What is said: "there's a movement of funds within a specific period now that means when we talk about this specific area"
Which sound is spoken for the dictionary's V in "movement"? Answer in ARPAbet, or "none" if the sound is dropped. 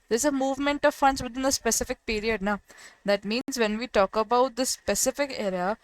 V